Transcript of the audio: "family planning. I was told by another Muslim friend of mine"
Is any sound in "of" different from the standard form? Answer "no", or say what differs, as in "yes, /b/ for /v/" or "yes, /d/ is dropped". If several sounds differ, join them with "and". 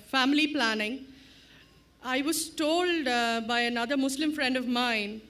no